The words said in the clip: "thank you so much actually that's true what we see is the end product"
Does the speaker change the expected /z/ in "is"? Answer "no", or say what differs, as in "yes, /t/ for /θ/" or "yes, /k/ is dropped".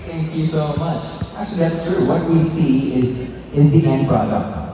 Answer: no